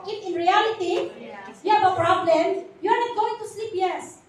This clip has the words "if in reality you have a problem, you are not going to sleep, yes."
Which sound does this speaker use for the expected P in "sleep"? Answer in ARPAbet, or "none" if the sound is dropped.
P